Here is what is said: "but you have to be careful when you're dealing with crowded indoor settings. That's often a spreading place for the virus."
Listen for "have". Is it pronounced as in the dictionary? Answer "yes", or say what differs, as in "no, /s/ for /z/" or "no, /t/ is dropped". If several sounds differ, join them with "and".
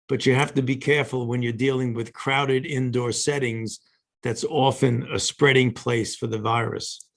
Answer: no, /f/ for /v/